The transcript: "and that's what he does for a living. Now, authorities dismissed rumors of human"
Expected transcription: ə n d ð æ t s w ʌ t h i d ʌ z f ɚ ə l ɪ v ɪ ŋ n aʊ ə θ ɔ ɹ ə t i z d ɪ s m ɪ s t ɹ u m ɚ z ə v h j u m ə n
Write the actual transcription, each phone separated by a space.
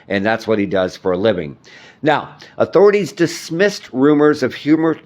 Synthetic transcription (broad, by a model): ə n ð æ t s w ʌ t h i d ʌ z f ɚ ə l ɪ v ɪ ŋ n aʊ ə θ ɔ ɹ ə t i z d ɪ s m ɪ s t ɹ u m ɚ z ə v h j u m ə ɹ